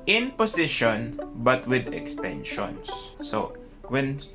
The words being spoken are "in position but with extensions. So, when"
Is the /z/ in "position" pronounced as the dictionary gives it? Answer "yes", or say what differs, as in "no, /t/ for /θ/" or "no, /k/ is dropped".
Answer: no, /s/ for /z/